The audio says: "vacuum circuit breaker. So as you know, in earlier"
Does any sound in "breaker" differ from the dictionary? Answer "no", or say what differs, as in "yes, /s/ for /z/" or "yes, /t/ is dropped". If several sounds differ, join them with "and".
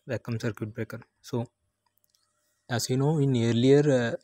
no